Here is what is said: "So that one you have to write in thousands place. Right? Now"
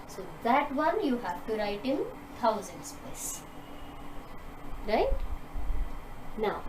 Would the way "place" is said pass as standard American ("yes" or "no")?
no